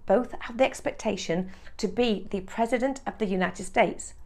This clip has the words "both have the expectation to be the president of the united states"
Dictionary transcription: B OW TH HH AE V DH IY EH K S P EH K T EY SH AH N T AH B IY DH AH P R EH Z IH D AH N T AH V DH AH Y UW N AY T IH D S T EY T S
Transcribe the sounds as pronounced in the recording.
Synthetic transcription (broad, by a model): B OW TH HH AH V DH IY EH K S P EH K T EY SH AH N T AH B IY DH AH P R EH Z IH D AH N T AH V DH AH Y UW N AY T IH D S T EY T S